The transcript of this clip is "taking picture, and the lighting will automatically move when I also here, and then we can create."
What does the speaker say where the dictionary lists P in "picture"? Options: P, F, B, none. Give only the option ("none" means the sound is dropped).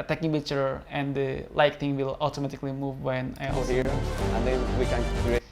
B